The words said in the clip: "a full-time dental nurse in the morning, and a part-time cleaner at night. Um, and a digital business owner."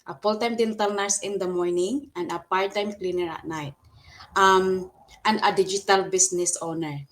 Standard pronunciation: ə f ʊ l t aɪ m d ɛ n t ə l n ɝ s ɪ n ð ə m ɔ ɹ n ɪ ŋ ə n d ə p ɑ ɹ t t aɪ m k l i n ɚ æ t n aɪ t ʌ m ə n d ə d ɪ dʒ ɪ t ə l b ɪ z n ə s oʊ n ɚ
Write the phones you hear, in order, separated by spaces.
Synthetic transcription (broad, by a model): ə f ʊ l t aɪ m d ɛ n t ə l n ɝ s ɪ n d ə m ɔ ɹ n ɪ ŋ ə n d ə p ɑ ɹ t t aɪ m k l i n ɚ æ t n aɪ t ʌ m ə n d ə d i dʒ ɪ t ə l b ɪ s n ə s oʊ n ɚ